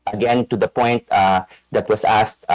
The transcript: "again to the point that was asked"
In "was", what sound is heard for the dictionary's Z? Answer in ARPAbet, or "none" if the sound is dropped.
S